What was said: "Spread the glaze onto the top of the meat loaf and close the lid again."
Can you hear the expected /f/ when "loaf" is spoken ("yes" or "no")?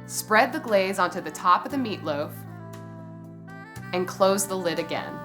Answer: yes